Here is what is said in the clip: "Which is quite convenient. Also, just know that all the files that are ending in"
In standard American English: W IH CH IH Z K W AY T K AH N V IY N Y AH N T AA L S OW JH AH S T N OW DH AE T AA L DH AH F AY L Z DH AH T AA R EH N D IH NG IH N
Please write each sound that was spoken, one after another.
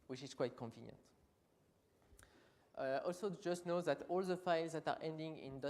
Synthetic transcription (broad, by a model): W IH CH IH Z K W AY T K AH N V IY N Y AH N T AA L S OW JH AH S T N OW DH AE T AA L DH AH F AY L Z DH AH T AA R EH N D IH NG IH N